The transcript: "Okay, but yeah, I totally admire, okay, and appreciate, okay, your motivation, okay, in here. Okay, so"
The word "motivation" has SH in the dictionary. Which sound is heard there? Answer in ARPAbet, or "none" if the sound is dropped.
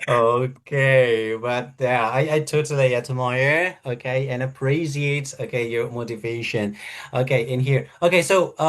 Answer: SH